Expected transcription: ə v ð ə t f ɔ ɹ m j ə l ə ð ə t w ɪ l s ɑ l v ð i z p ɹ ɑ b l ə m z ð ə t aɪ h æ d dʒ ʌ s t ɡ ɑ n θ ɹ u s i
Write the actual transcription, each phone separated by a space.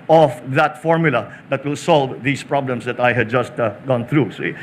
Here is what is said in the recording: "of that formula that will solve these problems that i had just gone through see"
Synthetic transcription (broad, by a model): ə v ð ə t f ɔ ɹ m j ə l ə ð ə t w ɪ l s ɑ l v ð i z p ɹ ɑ b l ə m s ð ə t aɪ h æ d dʒ ʌ s t ɡ ɑ n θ ɹ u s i